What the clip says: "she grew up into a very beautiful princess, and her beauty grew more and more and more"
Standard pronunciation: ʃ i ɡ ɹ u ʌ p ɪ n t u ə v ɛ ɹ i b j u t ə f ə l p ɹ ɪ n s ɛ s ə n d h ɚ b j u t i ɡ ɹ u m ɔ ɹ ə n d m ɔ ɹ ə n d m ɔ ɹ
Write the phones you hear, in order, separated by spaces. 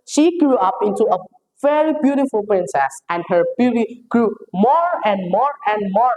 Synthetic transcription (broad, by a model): ʃ i ɡ ɹ u ʌ p ɪ n t u ə v ɛ ɹ i b j u t ə f ə l p ɹ ɪ n s ɛ s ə n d h ɚ b j u t i ɡ ɹ u m ɔ ɹ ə n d m ɔ ɹ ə n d m ɔ ɹ